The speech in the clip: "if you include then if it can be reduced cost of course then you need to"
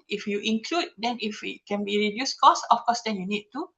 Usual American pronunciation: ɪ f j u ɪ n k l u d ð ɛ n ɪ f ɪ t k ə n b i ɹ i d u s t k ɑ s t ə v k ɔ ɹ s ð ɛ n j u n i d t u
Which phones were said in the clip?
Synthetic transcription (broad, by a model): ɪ f j u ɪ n k l u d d ɛ n ɪ f ɪ t k ə n b i ɹ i d u s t k ɑ s ə f k ɔ s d ɛ n j u n i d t u